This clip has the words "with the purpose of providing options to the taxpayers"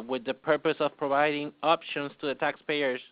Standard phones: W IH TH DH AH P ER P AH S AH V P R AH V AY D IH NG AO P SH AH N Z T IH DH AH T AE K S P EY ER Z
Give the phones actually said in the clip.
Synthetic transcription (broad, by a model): W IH DH AH P ER P AH S AH V P R AH V AY D IH NG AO P SH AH N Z T IH DH AH T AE K S P EY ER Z